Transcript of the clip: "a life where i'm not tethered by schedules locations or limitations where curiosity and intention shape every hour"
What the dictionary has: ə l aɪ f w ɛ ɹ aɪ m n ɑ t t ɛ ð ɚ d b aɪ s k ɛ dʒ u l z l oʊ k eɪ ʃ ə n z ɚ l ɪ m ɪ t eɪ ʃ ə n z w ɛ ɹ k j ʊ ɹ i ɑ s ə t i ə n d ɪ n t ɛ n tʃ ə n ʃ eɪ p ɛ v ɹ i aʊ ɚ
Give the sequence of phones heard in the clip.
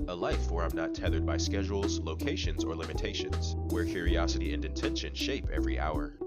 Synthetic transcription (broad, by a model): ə l aɪ f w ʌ ɹ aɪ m n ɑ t t ɛ ð ɚ d b aɪ s k ɛ dʒ u l z l oʊ k eɪ ʃ ə n z ɚ l ɪ m ɪ t eɪ ʃ ə n z w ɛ ɹ k j ʊ ɹ i ɑ s ə t i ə n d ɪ n t ɛ n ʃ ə n ʃ eɪ p ɛ v ɹ i aʊ ɚ